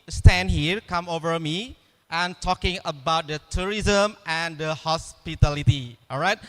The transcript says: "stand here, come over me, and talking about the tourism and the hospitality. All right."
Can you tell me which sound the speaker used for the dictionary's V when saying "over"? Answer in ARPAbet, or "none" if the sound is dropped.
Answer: V